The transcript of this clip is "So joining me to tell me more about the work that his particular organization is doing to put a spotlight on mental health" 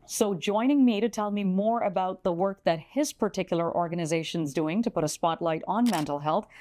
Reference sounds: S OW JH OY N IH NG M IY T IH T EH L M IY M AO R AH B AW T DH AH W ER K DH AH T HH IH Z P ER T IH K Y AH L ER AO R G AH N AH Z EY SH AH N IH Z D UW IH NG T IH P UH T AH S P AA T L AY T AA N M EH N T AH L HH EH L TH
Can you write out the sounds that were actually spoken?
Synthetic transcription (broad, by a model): S OW JH OY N IH NG M IY T IH T EH L M IY M AO R AH B AW T DH AH W ER K DH AH T HH IH Z P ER T IH K Y L ER AO R G AH N AH Z EY SH AH N Z D UW IH NG T IH P UH T AH S P AA T L AY T N M EH N T L HH EH L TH